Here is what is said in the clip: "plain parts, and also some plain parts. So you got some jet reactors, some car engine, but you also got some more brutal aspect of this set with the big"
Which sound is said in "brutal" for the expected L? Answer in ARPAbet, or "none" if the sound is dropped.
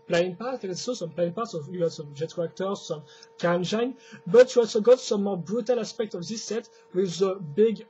L